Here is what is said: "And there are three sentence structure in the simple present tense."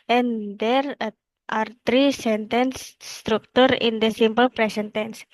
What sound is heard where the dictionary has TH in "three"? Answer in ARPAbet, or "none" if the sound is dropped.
T